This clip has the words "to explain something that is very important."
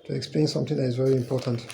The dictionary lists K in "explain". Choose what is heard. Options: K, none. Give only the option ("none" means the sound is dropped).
K